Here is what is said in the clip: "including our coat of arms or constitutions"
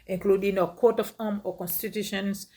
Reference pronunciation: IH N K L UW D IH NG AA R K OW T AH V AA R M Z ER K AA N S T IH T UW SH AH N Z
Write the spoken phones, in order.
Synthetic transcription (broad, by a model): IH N K L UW D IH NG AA K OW T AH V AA M ER K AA N S T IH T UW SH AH N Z